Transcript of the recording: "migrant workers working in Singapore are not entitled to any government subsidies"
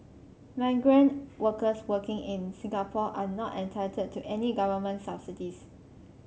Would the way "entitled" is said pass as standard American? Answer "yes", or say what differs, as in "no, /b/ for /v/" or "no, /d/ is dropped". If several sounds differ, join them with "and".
no, /l/ is dropped